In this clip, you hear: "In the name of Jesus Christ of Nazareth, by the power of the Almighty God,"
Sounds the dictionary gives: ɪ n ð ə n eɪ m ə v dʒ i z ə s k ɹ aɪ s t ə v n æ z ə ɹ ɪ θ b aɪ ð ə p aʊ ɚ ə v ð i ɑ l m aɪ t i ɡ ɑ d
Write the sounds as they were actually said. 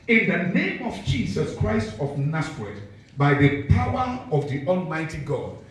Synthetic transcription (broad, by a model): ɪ n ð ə n eɪ m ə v dʒ i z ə s k ɹ aɪ s t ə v n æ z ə ɹ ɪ t b aɪ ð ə p aʊ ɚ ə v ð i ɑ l m aɪ t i ɡ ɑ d